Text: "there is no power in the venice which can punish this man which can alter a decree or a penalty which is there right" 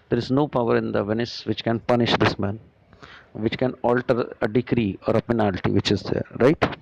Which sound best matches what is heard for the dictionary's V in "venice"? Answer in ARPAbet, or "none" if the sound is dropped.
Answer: V